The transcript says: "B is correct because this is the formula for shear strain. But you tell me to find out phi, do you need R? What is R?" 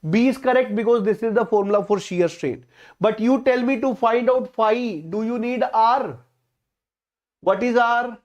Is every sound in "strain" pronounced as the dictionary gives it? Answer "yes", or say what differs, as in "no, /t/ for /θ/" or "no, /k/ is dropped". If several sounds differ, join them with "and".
yes